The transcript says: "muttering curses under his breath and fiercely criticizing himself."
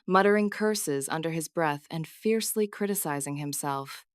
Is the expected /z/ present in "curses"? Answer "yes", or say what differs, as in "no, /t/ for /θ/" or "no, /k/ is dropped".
yes